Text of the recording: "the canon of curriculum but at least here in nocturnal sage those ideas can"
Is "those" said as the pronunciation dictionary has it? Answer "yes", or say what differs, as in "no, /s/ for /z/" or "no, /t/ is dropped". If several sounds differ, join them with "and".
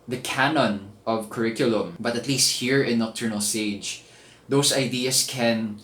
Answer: no, /s/ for /z/